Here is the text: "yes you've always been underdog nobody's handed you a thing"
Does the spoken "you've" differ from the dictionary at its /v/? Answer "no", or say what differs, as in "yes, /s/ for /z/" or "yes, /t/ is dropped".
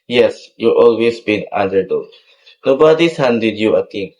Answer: yes, /v/ is dropped